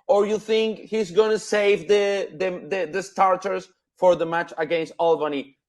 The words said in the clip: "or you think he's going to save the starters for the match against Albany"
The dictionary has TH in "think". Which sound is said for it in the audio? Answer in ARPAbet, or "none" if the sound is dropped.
TH